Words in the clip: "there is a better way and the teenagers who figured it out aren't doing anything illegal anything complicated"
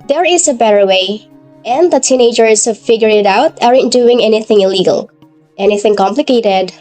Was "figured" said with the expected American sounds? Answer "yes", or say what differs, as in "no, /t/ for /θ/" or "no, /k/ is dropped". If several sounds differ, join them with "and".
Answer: no, /d/ is dropped